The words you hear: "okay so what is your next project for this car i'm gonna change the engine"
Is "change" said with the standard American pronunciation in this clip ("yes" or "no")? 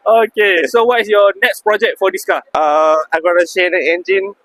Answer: no